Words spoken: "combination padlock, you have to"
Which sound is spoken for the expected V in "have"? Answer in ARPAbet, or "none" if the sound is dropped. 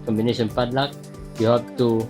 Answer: P